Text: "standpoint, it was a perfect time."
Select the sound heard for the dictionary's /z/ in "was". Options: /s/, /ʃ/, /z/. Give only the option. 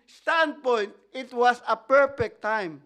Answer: /s/